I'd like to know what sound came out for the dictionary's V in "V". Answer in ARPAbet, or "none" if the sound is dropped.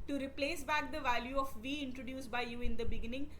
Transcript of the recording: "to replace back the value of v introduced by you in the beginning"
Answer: V